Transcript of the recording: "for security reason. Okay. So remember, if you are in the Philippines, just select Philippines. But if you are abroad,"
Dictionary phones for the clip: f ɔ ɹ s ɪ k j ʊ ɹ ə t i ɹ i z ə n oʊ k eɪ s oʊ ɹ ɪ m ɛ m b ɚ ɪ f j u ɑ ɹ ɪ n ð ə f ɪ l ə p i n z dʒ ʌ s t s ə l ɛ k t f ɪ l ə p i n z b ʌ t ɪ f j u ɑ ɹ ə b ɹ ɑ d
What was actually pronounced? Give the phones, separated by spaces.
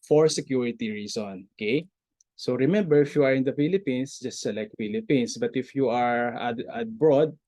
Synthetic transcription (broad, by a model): f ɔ ɹ s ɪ k j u ɹ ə t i ɹ i s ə n oʊ k eɪ s oʊ ɹ ɪ m ɛ m b ɚ ɪ f j u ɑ ɹ ɪ n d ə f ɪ l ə p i n s dʒ ʌ s t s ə l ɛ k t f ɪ l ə p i n s b ʌ t ɪ f j u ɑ ɹ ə b ɹ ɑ d